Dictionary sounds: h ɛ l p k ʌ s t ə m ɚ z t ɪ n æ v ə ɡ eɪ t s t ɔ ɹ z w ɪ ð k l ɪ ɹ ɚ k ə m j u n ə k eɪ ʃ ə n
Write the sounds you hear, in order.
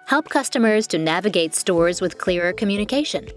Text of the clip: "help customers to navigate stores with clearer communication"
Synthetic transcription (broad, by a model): h ɛ l p k ʌ s t ə m ɚ z t ɪ n æ v ə ɡ eɪ t s t ɔ ɹ z w ɪ ð k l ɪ ɹ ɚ k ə m j u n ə k eɪ ʃ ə n